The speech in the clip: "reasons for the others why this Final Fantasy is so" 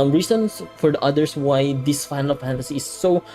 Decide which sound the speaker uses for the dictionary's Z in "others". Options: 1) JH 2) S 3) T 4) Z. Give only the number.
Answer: 2